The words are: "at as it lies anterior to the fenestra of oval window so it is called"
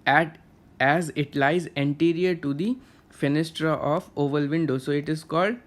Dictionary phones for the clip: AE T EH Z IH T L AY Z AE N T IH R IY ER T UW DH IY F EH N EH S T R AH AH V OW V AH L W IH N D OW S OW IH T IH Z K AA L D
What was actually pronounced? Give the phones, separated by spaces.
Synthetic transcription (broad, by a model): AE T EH Z IH T L AY Z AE N T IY R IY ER T UW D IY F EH N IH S T R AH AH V OW V AH L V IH N D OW S OW IH T IH Z K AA L D